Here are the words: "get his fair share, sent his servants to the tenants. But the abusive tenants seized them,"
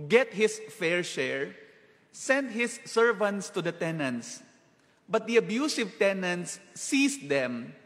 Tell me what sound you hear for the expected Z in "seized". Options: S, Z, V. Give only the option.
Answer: S